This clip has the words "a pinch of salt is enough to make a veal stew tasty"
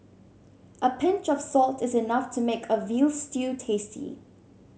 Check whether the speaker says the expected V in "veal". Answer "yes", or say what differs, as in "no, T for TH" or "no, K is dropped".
yes